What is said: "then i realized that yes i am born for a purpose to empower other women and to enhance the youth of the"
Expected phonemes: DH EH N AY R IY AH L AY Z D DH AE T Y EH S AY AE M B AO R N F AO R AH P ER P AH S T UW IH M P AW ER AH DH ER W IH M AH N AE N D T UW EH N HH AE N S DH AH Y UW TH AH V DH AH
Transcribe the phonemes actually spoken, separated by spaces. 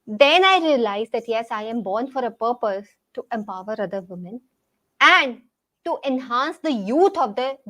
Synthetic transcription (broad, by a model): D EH N AY R IY AH L AY Z D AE T Y EH S AY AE M B AO R N F AO R AH P ER P AH S T UW IH M P AW ER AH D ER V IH M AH N AE N D T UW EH N HH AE N S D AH Y UW T AH V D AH